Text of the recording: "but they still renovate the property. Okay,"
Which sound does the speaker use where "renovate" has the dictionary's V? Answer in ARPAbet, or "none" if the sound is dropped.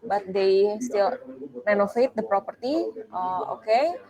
F